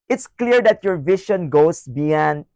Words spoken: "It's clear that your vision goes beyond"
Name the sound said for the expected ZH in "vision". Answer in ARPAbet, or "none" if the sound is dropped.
SH